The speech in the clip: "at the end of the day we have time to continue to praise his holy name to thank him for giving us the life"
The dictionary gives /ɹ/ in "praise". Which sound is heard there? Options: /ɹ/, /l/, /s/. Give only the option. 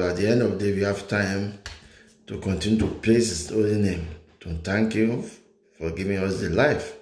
/l/